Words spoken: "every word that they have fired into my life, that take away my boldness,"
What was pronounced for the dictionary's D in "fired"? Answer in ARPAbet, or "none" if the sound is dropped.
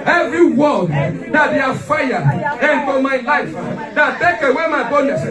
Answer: none